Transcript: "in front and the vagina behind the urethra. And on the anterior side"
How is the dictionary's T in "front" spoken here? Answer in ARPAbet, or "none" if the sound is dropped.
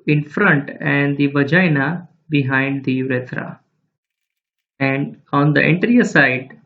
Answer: T